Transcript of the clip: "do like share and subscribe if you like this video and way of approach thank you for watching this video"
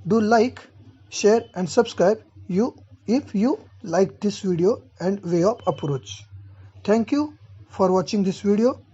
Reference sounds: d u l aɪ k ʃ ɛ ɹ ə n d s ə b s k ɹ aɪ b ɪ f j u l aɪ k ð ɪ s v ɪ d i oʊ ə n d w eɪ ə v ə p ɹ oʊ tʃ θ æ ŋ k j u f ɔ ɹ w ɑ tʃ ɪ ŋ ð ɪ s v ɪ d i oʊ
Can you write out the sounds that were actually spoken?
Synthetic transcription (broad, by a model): d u l aɪ k ʃ ɛ ɹ ə n d s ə b s k ɹ aɪ b ɪ f j u l aɪ k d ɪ s v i d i oʊ ə n d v eɪ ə p ə p ɹ oʊ tʃ t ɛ ŋ k j u f ɔ ɹ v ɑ tʃ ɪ ŋ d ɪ s v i d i oʊ